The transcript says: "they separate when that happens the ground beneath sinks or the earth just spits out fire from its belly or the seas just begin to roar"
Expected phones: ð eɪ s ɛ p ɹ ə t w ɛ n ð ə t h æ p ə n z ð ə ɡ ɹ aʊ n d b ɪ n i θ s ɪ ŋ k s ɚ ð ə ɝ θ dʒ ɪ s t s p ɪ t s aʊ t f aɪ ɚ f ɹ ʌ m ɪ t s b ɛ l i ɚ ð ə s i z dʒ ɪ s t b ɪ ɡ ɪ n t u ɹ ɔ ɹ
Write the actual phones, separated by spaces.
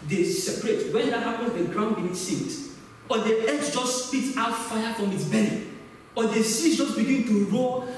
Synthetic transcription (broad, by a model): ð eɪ s ɛ p ɹ ə t w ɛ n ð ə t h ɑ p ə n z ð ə ɡ ɹ aʊ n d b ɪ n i s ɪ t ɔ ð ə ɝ s dʒ ɪ s t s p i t aʊ t f aɪ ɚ f ɹ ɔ m ɪ t s b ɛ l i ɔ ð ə s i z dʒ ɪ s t b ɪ ɡ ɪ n t u ɹ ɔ